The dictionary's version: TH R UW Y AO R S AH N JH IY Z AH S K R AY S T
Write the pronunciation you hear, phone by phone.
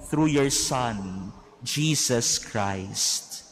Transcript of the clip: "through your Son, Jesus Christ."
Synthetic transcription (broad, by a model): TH R UW Y AO R S AH N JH IY S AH S K R AY S T